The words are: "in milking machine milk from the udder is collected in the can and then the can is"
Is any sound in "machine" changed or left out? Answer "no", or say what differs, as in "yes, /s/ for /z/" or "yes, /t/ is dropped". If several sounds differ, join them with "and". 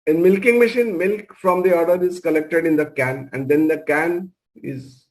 no